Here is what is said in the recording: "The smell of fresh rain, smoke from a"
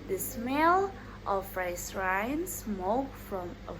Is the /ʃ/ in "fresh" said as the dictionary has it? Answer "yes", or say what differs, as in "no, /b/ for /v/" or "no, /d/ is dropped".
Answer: no, /s/ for /ʃ/